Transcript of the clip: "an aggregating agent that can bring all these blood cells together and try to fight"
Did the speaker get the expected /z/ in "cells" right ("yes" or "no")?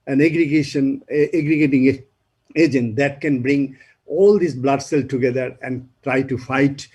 no